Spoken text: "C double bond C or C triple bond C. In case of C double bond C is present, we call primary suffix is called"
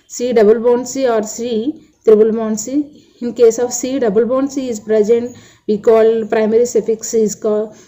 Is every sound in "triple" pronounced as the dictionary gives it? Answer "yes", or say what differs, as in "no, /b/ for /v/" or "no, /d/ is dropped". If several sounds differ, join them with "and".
no, /b/ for /p/